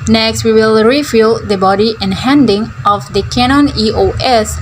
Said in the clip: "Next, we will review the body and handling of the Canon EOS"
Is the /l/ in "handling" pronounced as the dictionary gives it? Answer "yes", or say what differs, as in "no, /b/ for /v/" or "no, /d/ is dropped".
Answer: no, /l/ is dropped